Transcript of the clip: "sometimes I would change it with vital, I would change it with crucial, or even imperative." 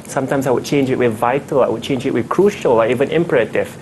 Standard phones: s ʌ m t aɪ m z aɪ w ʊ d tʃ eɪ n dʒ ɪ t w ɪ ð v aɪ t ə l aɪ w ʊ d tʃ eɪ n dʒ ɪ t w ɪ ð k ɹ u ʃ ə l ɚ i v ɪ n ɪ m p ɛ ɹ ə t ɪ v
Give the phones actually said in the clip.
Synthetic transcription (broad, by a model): s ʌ m t aɪ m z aɪ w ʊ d tʃ eɪ n dʒ ɪ t w ɪ ð v aɪ t ə l aɪ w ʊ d tʃ eɪ n dʒ ɪ t w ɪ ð k ɹ u ʃ ə l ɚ i v ɪ n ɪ m p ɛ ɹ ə t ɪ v